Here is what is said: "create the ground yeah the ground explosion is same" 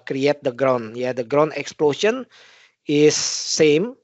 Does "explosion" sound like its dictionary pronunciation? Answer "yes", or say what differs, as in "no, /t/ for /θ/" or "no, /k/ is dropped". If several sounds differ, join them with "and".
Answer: no, /ʃ/ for /ʒ/